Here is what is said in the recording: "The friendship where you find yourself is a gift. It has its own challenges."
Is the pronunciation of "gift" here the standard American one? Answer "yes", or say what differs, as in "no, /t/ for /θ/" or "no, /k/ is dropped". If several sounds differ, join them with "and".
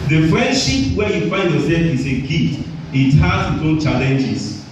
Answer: no, /f/ is dropped